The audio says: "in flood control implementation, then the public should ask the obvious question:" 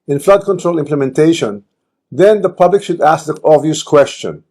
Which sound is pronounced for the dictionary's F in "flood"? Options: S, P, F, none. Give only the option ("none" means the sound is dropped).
F